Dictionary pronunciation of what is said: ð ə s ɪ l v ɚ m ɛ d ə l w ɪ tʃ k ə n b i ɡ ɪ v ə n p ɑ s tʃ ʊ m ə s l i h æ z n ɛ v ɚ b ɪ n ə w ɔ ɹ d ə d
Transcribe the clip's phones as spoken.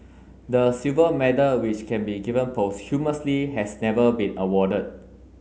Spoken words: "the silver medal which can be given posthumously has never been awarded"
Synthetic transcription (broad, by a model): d ə s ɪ v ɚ m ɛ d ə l w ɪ tʃ k ə n b i ɡ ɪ v ə n p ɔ s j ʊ m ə s l i h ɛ s n ɛ v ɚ b ɪ n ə w ɔ d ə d